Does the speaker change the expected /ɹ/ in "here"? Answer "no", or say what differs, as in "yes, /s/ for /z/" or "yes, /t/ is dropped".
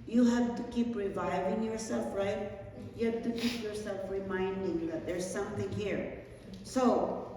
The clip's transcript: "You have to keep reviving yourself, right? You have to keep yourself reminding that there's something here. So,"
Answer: no